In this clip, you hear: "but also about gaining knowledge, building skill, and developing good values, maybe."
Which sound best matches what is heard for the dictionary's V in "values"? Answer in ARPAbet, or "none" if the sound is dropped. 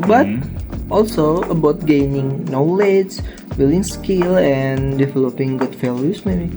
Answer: F